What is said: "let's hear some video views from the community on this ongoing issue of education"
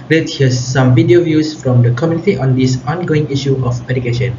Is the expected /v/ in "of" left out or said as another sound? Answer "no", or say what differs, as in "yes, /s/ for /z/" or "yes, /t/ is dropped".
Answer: yes, /p/ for /v/